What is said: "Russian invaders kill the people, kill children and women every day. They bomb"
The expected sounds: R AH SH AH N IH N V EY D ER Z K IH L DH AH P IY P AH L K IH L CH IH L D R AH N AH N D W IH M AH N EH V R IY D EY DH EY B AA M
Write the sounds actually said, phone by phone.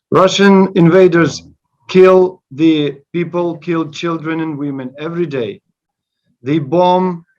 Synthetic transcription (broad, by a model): R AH SH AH N IH N V EY D ER Z K IH L DH AH P IY P AH L K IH L CH IH L D R AH N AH N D W IH M AH N EH V R IY D EY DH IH B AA M